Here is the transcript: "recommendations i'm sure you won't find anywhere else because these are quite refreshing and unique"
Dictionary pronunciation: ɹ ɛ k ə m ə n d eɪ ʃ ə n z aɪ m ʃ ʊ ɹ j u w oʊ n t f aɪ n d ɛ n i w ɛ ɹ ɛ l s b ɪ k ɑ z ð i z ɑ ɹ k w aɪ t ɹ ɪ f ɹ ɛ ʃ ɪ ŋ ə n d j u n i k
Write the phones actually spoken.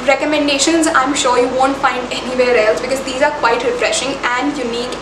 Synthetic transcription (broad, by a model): ɹ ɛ k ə m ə n d eɪ ʃ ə n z aɪ m ʃ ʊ ɹ j u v oʊ n t f aɪ n d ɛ n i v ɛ ɹ ɛ l s b ɪ k ɑ z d i z ɑ ɹ k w aɪ t ɹ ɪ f ɹ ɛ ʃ ɪ ŋ ə n d j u n i k